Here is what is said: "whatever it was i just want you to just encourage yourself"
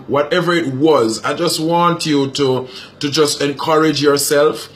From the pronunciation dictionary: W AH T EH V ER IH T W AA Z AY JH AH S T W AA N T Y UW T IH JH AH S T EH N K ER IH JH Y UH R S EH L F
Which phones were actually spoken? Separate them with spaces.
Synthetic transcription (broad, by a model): W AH T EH V ER IH T W AA Z AY JH AH S T W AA N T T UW T IH JH AH S T EH N K ER IH JH Y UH R S EH L F